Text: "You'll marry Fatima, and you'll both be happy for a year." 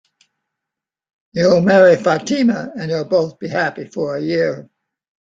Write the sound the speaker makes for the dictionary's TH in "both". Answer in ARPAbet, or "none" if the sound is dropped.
TH